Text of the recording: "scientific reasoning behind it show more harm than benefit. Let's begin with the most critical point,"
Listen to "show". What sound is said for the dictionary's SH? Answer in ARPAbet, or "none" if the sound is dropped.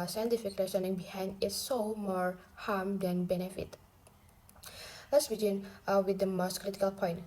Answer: S